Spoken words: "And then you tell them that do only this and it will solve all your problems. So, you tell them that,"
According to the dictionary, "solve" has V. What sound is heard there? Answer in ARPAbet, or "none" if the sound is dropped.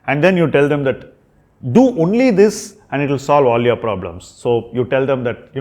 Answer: V